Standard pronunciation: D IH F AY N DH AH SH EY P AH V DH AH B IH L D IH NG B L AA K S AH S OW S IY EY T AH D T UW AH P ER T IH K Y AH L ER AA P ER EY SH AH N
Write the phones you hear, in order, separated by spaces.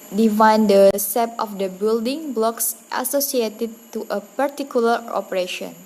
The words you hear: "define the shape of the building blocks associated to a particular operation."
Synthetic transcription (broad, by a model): D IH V AY N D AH S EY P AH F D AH B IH L D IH NG B L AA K S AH S OW S IY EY T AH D T UW AH P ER T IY K Y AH L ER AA P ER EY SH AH N